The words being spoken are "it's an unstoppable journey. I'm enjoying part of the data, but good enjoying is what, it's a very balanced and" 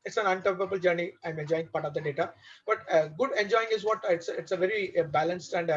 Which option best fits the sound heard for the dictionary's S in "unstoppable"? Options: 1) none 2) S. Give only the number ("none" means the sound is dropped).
1